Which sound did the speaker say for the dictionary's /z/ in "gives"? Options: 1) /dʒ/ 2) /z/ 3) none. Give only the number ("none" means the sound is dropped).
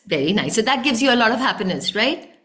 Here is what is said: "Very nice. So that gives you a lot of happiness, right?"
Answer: 2